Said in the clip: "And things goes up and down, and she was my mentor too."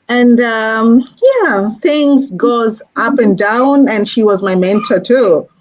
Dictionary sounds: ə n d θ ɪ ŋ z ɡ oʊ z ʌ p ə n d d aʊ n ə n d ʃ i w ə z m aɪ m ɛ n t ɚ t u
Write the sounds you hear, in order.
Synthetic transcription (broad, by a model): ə n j θ ɪ ŋ z ɡ oʊ z ʌ p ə n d d aʊ n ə n ʃ i w ə z m aɪ m ɛ n t ɚ t u